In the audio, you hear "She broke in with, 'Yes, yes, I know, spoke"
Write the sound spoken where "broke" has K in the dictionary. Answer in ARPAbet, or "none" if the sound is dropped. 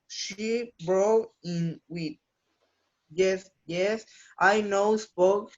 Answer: none